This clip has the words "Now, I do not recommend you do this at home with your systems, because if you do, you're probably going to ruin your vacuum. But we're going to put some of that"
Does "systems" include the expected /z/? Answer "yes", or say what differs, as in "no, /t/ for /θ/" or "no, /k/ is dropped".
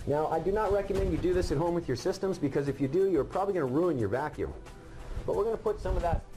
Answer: yes